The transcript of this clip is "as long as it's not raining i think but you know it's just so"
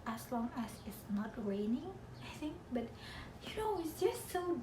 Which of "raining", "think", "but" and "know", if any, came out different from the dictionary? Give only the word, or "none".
none